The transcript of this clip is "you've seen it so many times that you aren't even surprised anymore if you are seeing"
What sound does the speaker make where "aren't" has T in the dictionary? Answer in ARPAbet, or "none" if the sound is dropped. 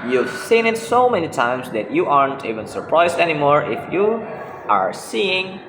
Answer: T